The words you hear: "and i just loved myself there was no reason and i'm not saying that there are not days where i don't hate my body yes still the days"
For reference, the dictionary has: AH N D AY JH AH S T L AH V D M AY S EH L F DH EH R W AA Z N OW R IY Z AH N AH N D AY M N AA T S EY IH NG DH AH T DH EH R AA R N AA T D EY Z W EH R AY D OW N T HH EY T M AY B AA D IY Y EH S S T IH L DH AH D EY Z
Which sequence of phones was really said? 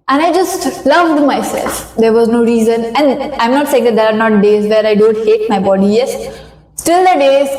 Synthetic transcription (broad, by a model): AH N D AY JH AH S T L AH V D M AY S EH L F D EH R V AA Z N OW R IY Z AH N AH N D AY M N AA T S EY IH NG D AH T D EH R AA R N AA T D EY Z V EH R AY D OW N T HH EY T M AY B AA D IY Y EH S S T IH L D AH D EY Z